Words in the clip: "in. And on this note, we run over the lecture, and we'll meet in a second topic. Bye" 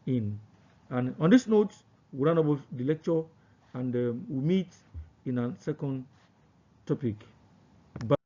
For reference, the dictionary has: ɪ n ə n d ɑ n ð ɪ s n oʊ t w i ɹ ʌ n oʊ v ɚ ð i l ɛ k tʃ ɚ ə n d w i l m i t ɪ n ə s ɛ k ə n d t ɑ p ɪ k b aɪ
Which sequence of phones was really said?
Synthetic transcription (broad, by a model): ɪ n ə n ɑ n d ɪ s n oʊ t w i ɹ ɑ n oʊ b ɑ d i l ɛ k tʃ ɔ ə n d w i m i t ɪ n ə s ɛ k ə n d t ɑ p ɪ k b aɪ